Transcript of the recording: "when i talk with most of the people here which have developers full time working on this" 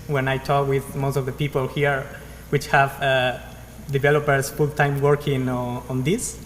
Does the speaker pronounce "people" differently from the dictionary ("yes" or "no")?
no